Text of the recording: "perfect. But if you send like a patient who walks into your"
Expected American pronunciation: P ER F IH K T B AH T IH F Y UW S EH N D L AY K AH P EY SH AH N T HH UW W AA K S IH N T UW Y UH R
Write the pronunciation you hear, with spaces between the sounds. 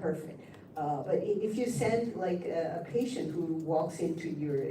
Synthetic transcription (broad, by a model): ER F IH K T B AH T IH F Y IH S EH N D L AY K AH P EY SH AH N T HH UW W AA K S IH N T UW Y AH R